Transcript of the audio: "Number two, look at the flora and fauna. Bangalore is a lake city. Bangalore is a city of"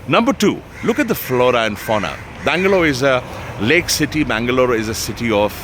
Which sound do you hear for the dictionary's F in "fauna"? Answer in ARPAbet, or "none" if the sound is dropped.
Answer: F